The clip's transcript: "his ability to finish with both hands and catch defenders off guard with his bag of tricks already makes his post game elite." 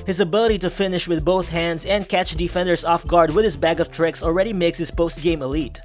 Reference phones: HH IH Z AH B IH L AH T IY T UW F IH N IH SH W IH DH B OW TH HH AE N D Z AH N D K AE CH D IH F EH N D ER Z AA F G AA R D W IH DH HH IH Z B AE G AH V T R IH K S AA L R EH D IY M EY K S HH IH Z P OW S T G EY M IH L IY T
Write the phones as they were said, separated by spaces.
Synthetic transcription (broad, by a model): HH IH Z AH B IH L AH T IY T UW F IH N IH SH W IH DH B OW TH HH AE N D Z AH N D K AE CH D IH F EH N D ER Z AA F G AA R D W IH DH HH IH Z B AE G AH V T R IH K S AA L R EH D IY M EY K S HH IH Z P OW S T G EY M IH L IY T